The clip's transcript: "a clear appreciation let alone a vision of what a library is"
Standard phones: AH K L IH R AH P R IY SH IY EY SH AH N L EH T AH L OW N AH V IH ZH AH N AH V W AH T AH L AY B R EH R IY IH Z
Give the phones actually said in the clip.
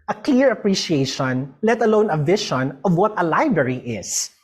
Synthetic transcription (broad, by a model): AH K L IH R AH P R IY SH IY EY SH AH N L EH T AH L OW N AH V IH SH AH N AH V W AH T AH L AY B R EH R IY IH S